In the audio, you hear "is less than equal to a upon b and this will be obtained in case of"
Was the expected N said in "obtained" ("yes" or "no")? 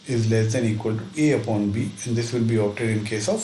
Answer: no